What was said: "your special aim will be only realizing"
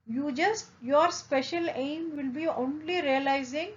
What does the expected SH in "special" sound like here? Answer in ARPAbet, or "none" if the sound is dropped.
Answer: SH